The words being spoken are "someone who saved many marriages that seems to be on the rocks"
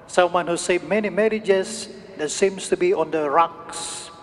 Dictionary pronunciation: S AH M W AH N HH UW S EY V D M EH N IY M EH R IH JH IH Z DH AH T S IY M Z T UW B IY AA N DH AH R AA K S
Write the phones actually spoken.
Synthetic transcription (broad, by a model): S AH M W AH N HH UW S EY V M EH N IY M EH R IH JH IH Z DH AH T S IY M S T UW B IY AA N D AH R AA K S